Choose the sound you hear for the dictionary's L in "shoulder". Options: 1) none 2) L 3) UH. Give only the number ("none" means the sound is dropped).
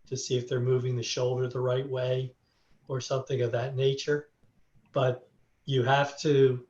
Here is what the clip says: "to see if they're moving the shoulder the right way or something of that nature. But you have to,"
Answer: 2